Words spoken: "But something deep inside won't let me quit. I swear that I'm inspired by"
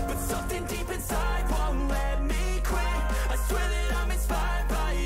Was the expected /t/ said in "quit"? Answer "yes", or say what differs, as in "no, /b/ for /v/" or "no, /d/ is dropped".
no, /t/ is dropped